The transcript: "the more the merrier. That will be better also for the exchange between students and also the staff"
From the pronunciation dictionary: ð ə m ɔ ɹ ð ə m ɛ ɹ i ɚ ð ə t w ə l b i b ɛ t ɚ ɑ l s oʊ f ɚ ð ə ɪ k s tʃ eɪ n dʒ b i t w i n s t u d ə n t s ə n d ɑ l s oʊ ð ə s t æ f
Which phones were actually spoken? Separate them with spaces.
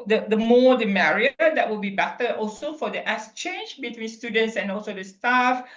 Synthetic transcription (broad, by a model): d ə m ɔ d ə m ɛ ɹ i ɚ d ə t w ə l b i b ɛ t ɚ ɑ l s oʊ f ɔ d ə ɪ s tʃ eɪ n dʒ b i t w i n s t u d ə n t s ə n ɑ l s oʊ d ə s t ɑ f